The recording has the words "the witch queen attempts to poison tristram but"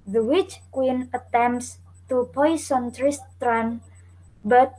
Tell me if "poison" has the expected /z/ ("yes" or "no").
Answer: no